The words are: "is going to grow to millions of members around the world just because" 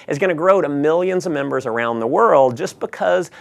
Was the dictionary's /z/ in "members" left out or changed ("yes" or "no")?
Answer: no